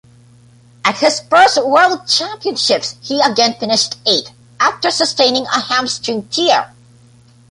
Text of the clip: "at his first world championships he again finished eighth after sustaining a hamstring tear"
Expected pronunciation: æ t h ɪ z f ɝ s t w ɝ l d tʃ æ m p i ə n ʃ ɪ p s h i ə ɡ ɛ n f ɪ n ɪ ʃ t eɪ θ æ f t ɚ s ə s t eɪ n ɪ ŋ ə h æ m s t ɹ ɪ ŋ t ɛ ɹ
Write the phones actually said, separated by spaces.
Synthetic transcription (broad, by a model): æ t h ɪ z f ɝ s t w ɝ l d tʃ æ m p i ə n ʃ ɪ p s h i ə ɡ ɛ n f ɪ n ɪ ʃ t eɪ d æ f t ɚ s ə s t eɪ n ɪ ŋ ə h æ m s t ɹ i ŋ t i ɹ